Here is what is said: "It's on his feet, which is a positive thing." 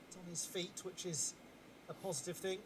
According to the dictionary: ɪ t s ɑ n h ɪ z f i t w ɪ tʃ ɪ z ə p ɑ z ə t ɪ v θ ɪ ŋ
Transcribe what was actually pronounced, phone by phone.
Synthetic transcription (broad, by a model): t n ɪ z f i t w ɪ tʃ ɪ z ə p ɑ z ə t ɪ v θ ɪ ŋ